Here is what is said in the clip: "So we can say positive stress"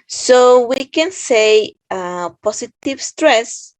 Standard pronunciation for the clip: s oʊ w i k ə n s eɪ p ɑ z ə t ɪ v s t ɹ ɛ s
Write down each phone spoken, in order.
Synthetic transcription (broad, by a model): s oʊ w i k ə n s eɪ p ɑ s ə t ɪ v s t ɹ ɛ s